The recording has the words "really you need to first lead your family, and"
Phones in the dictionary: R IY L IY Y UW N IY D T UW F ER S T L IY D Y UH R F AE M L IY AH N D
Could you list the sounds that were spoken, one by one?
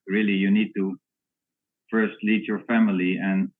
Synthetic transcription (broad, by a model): R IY L IY Y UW N IY D T UW F ER S T L IY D Y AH R F AE M L IY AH N